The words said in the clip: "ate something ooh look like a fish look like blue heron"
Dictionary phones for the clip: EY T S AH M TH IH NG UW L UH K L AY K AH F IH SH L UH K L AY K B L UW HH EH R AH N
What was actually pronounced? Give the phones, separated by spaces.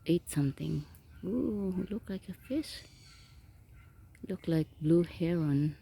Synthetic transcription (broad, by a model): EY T S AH M T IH NG UW L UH K L AY K AH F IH S L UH K L AY K B L UW HH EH R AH N